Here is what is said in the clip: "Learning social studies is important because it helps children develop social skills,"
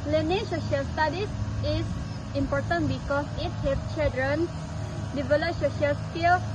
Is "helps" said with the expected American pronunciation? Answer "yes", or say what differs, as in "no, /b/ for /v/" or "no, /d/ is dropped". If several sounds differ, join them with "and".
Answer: no, /s/ is dropped